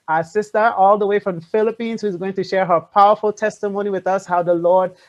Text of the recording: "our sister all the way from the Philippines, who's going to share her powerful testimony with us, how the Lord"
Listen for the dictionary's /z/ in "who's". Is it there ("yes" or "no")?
yes